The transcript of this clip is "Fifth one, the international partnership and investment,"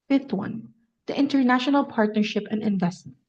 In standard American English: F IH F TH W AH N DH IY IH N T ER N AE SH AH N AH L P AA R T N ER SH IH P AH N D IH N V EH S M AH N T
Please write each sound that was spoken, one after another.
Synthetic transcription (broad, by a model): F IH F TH W AH N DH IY IH N T ER N AE SH AH N AH L P AA R T N ER SH IH P AH N D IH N V EH S T